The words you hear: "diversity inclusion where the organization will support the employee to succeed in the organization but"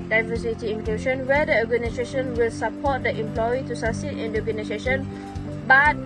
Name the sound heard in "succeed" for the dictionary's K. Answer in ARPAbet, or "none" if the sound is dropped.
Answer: none